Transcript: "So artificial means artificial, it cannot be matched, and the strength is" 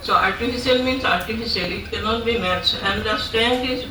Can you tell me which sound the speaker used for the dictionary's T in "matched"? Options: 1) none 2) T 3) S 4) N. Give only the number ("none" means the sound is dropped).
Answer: 1